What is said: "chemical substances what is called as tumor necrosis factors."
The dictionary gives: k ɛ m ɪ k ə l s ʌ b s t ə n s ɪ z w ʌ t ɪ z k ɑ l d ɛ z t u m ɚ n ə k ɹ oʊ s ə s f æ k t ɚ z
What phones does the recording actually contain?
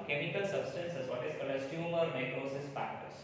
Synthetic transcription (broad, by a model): k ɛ m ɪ k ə l s ʌ b s t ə n s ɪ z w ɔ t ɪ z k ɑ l ɛ s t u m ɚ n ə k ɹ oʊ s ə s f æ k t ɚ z